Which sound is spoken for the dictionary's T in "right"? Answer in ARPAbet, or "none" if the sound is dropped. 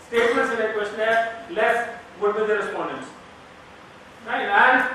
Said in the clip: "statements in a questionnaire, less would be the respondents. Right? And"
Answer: none